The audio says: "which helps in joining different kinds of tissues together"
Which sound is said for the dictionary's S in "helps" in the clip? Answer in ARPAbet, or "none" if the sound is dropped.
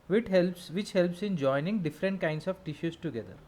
S